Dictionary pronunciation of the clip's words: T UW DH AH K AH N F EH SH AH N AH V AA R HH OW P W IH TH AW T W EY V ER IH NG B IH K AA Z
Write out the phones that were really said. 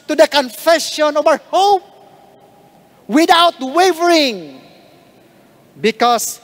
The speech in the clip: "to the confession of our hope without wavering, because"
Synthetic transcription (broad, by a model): T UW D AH K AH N F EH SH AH N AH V AA R HH OW P W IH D AW T W EY V ER IH NG B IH K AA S